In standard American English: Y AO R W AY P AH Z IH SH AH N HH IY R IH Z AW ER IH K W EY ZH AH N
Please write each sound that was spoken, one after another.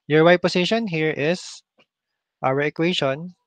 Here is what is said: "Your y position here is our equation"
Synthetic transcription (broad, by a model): Y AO R W AY P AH S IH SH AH N HH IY R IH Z AW ER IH K W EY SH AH N